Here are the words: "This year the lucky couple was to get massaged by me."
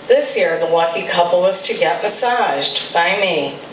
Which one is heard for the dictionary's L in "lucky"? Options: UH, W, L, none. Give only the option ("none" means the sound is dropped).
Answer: W